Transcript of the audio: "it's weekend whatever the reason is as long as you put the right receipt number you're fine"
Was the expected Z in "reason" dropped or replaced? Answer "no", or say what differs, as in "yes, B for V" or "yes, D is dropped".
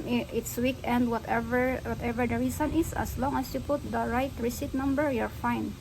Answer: yes, S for Z